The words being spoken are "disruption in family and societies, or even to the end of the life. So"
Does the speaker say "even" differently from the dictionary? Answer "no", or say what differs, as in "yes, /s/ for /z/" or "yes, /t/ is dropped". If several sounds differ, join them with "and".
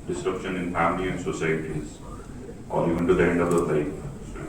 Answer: yes, /v/ is dropped